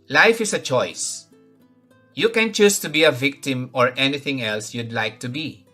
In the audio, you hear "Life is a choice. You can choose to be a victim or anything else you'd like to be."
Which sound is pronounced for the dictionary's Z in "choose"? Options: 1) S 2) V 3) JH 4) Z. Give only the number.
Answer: 1